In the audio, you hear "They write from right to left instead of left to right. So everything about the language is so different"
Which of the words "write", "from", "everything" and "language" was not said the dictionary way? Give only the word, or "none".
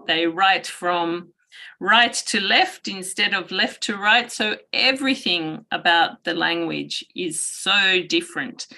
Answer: none